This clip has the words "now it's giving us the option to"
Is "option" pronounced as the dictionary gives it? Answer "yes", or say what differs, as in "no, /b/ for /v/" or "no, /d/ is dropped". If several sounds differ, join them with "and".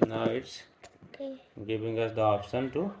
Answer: no, /s/ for /ʃ/